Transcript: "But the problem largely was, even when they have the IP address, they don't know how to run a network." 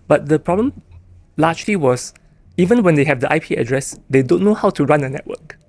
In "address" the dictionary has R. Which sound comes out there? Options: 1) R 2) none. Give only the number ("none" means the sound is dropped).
1